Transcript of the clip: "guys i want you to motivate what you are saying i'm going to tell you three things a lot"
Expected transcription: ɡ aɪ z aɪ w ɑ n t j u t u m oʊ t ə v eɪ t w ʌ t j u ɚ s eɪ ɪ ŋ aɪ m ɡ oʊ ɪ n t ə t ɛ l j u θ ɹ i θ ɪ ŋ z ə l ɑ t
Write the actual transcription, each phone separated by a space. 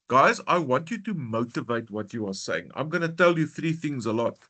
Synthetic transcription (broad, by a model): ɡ aɪ z aɪ w ɑ n t j u t u m oʊ t ə v eɪ t w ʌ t j u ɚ s eɪ ɪ ŋ aɪ m ɡ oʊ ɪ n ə t ɛ l j u θ ɹ i θ ɪ ŋ z ə l ɑ t